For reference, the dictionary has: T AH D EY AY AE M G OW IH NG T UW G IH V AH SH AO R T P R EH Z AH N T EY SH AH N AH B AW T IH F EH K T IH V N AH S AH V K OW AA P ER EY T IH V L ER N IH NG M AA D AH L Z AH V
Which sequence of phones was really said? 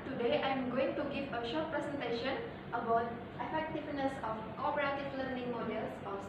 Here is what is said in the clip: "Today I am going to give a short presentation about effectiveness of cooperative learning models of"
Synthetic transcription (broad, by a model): T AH D EY AY M G OW IH NG T UW G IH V AH SH AO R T P R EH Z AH N T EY SH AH N AH B AW T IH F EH K T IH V N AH S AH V K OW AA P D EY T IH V L ER N IH NG M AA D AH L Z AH